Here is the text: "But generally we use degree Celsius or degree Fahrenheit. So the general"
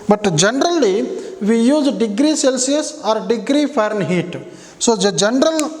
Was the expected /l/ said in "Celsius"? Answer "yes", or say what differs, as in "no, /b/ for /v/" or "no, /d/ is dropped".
yes